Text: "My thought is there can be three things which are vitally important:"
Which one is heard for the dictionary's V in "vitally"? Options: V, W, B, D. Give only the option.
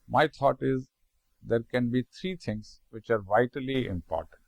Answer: V